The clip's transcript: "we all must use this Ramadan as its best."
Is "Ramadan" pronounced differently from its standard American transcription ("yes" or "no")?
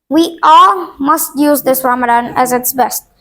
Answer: no